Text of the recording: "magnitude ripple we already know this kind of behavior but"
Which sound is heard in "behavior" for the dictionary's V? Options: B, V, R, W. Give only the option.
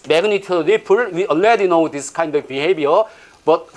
B